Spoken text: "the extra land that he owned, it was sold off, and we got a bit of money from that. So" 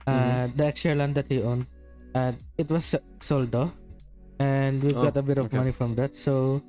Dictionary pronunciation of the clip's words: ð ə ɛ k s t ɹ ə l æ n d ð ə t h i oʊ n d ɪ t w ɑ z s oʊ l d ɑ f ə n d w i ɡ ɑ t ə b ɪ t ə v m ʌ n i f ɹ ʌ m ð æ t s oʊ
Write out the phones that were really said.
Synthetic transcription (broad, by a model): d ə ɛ k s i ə l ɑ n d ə t h i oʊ n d ɪ t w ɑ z s oʊ l d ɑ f ə n d w i ɡ ɑ t ə b ɪ t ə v m ʌ n i f ɹ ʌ m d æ t s oʊ